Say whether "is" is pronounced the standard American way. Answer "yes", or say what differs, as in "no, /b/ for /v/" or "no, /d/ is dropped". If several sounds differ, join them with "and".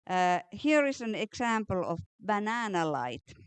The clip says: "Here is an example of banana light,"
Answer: no, /s/ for /z/